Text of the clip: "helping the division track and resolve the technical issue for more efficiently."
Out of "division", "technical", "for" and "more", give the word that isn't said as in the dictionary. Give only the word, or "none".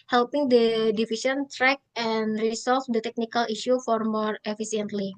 division